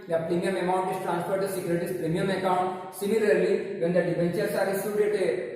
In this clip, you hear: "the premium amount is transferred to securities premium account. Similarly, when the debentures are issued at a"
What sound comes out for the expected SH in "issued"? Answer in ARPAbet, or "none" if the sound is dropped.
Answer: S